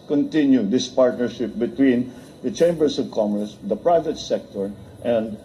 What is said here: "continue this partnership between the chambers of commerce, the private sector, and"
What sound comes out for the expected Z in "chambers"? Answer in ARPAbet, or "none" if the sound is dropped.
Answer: S